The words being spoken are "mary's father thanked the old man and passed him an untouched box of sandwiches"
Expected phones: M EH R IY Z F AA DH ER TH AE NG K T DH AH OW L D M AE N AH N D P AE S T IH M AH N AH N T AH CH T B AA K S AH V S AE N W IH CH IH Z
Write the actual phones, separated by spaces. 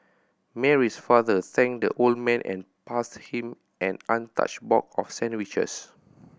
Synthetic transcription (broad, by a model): M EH R IY S F AA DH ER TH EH NG K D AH OW L D M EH N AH N P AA S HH IH M AH N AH N T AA CH B AA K AH F S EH N W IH CH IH S